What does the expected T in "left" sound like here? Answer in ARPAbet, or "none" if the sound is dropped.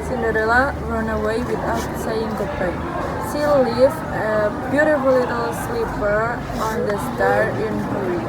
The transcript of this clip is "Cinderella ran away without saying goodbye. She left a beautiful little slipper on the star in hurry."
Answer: none